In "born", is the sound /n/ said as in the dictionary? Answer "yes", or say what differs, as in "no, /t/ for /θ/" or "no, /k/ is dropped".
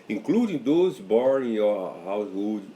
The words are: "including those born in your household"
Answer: no, /n/ is dropped